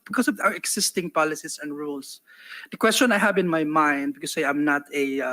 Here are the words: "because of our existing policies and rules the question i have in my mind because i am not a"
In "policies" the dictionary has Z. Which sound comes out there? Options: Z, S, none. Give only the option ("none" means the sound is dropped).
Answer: S